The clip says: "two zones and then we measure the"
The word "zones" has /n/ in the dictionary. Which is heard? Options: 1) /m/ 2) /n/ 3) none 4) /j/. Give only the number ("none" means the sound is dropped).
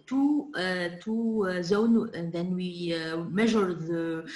3